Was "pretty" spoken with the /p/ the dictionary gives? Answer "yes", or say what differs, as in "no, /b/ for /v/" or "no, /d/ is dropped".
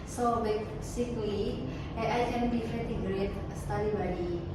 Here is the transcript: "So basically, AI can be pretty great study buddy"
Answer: no, /f/ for /p/